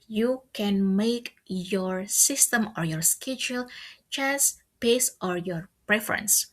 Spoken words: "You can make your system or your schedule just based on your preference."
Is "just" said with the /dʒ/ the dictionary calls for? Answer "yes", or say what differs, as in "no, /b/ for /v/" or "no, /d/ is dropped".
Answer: no, /tʃ/ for /dʒ/